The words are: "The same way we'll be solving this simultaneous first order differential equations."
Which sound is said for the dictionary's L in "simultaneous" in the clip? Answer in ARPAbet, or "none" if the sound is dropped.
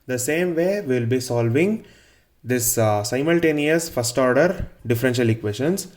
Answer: L